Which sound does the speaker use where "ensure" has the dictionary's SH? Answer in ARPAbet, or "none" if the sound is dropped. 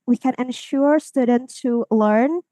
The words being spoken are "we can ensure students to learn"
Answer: SH